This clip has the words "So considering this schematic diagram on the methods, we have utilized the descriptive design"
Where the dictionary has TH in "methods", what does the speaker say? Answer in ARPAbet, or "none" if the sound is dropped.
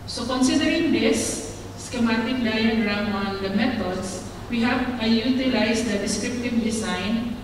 T